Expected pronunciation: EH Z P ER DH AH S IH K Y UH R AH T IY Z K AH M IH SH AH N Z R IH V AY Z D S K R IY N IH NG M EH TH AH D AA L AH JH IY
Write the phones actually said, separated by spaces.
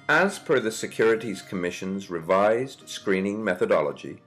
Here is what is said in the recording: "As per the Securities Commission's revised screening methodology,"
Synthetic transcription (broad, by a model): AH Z F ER DH AH S IH K Y UH R AH T IY Z K AH M IH SH AH N Z R IH V AY Z D S K R IY N IH NG M EH TH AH D AA L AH JH IY